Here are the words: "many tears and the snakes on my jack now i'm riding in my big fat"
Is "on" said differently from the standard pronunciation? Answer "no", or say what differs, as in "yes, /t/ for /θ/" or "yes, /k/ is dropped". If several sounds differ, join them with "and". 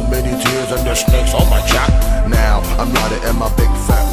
yes, /l/ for /n/